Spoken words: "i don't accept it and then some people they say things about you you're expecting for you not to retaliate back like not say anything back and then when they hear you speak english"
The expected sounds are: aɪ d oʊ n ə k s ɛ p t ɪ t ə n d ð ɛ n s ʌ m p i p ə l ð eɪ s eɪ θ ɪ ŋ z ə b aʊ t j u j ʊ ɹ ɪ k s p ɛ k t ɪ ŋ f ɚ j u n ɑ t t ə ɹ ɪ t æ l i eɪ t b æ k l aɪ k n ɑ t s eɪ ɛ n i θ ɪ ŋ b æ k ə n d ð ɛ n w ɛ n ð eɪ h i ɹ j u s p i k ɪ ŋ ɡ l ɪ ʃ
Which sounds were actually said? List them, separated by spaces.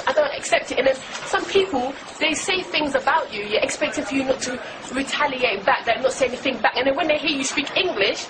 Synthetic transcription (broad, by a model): aɪ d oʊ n ə k s ɛ p t ɪ t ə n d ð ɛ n s ʌ m p i p ə l ð eɪ s eɪ θ ɪ ŋ z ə b aʊ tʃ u j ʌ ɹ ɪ k s p ɛ k t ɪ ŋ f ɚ j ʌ n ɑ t t ə ɹ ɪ t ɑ l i eɪ t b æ k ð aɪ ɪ n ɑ t s eɪ ɛ n i θ ɪ ŋ b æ k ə n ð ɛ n w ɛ n ð eɪ h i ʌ j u s p i k ɪ ŋ ɡ l ɪ ʃ